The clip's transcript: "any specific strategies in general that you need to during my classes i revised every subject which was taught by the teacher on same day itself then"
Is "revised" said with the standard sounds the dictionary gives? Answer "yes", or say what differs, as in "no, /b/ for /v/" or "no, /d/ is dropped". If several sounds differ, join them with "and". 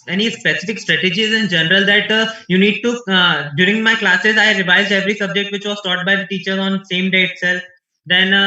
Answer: yes